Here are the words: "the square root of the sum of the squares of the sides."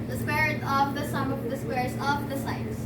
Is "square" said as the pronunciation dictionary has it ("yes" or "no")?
no